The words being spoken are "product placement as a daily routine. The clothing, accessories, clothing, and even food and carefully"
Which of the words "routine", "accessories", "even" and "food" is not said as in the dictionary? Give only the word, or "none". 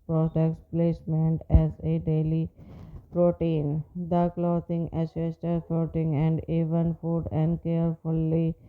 accessories